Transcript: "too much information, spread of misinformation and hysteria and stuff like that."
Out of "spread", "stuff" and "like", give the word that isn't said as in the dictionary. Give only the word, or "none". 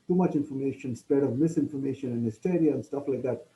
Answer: spread